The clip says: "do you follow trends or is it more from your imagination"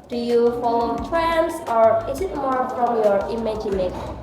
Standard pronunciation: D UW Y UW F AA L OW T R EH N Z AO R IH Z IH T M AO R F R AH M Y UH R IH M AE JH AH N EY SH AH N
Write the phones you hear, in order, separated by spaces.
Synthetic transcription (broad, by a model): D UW Y UW F AA L OW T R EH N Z AO R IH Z IH T M AO R P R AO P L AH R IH M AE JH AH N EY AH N